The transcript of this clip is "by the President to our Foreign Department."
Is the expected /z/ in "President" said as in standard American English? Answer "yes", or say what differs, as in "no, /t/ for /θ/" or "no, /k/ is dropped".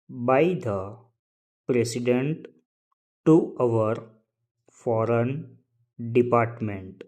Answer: no, /s/ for /z/